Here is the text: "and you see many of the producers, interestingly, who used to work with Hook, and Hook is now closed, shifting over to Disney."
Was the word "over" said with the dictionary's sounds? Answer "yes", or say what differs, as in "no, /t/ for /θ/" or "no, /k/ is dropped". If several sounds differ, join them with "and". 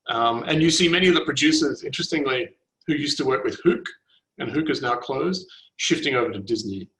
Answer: yes